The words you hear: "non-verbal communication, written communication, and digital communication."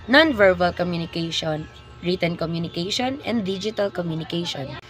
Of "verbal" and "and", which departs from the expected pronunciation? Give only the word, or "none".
none